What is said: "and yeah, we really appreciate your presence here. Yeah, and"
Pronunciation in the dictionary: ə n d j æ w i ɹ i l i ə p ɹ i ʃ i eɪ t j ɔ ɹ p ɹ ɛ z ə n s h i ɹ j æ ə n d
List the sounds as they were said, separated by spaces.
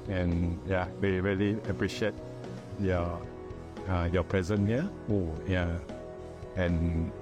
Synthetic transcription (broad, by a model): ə n j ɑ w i ɹ i l i ə p ɹ i ʃ i eɪ t j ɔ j p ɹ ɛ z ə n h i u j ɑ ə n